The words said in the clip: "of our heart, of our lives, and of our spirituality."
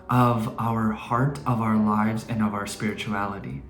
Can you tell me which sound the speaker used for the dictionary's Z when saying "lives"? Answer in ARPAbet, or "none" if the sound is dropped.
Z